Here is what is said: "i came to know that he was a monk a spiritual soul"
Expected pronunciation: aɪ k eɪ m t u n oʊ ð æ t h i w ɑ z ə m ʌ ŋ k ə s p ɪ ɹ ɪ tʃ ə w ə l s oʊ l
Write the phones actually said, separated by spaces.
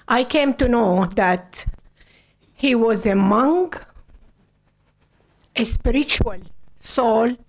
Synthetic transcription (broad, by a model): aɪ k eɪ m t u n oʊ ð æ t h i w ɑ z ə m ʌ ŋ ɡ ə s p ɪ ɹ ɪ tʃ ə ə l s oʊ l